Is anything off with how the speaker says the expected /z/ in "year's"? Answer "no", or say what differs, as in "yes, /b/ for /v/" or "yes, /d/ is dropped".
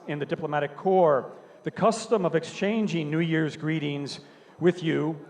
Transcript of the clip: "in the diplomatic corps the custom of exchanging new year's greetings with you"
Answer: no